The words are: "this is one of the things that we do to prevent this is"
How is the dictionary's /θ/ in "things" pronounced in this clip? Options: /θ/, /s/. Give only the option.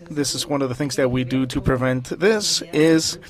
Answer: /θ/